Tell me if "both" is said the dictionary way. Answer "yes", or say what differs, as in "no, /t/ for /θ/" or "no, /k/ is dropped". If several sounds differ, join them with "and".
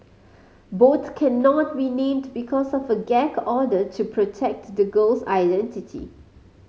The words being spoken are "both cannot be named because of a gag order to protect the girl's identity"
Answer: no, /t/ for /θ/